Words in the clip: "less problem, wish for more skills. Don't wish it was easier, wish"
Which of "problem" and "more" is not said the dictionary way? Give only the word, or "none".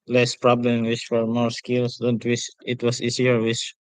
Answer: none